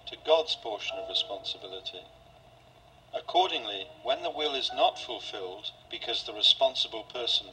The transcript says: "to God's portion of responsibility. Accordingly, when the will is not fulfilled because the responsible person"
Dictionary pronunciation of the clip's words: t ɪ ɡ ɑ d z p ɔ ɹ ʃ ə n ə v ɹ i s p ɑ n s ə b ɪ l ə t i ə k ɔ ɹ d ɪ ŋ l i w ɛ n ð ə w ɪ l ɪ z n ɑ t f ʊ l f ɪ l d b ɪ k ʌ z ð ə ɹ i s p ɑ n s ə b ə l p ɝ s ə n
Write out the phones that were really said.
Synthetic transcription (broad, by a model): t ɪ ɡ ɑ d z p ɔ ɹ ʃ ə n ə v ɹ i s p ɑ n s ə b ɪ l ə t i ə k ɔ ɹ d ɪ ŋ l i w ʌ n ð ə w ɪ l ɪ z n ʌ t f ʊ l f ɪ l d b ɪ k ʌ z ð ə ɹ i s p ɑ n s ə b ə l p ɝ s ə n